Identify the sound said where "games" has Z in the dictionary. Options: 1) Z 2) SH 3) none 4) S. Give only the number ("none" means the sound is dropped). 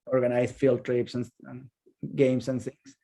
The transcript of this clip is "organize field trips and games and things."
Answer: 4